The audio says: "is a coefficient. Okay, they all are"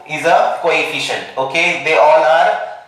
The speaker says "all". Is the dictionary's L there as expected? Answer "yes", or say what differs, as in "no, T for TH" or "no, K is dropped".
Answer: no, N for L